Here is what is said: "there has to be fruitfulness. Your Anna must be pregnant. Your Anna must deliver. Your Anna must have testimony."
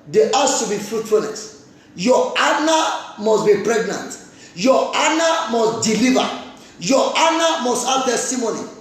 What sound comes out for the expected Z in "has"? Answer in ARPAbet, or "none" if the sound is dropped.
S